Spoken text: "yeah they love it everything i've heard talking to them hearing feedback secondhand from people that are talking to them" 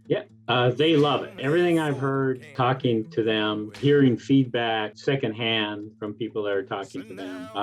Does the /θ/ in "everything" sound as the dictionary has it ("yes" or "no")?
yes